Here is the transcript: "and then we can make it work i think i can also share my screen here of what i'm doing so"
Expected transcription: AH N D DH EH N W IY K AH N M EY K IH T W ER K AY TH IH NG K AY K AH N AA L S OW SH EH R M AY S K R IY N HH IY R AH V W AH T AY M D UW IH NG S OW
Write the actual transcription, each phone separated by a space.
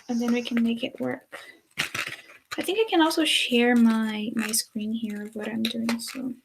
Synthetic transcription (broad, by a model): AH N DH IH N W IY K AH N M EY K IH T W ER K AY TH IH NG K AY K AH N AA L S OW SH EH R M AY S K R IY N HH IY R AH V W AH T AY M D UW IH NG S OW